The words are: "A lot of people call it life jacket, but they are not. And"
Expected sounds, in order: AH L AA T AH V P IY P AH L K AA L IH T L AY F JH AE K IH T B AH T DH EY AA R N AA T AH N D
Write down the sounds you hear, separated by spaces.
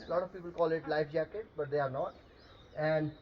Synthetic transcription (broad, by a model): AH L AA T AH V P IY P AH L K AA L IH T L AY F JH AE K IH T B AH T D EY AA R N AA T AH N D